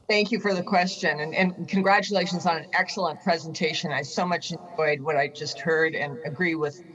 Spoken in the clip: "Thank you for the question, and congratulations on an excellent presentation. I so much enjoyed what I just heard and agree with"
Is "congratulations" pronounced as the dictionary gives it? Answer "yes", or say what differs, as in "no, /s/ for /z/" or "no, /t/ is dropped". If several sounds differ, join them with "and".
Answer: yes